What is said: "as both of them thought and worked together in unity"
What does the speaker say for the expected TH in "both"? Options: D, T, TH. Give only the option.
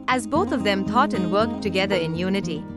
T